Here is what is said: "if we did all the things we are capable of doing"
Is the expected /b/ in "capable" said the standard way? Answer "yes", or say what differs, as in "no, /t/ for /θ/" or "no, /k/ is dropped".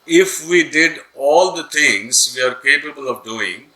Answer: yes